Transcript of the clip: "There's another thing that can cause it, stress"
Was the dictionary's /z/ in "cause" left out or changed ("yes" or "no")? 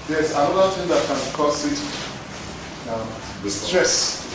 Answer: yes